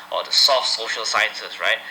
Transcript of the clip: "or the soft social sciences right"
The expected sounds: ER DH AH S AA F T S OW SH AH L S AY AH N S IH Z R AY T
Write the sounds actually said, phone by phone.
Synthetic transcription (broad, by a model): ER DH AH S AA F T S OW SH AH L S AY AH N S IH S R AY T